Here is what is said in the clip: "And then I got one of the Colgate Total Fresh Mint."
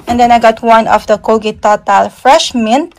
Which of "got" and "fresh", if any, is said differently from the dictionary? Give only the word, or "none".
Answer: none